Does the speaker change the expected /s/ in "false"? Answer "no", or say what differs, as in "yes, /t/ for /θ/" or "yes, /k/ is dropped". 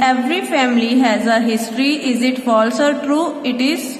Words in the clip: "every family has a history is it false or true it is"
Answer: no